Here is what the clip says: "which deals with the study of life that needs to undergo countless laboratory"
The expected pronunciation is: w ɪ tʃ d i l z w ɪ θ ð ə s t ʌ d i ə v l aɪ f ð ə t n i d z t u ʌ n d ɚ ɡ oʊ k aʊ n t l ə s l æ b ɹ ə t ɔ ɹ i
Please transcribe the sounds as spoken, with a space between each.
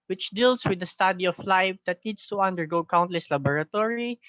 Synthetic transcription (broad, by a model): w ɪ tʃ d i l s w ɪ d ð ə s t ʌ d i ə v l aɪ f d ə t n i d s t u ʌ n d ɚ ɡ oʊ k aʊ n t l ə s l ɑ b ɹ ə t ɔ ɹ i